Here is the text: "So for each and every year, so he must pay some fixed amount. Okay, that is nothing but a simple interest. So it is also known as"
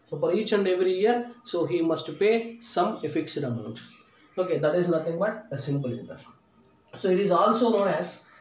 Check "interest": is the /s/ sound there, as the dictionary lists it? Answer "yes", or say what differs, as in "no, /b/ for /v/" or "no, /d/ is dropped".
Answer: no, /s/ is dropped